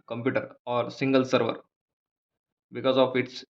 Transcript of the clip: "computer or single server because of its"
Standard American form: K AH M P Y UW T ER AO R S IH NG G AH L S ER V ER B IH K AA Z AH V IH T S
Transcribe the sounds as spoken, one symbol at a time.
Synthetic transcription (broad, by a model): K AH M P Y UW T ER AO R S IH NG G AH L S ER V ER B IH K AA Z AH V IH T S